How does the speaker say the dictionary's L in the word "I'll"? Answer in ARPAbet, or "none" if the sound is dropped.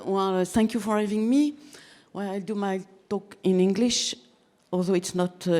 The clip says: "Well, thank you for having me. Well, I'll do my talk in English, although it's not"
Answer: L